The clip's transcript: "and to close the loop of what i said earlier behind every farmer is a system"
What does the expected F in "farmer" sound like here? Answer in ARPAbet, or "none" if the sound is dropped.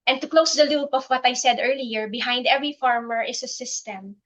F